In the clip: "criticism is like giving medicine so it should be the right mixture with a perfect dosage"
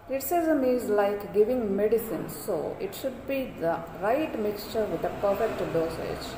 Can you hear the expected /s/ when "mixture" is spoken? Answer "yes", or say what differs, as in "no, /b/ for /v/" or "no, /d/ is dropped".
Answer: yes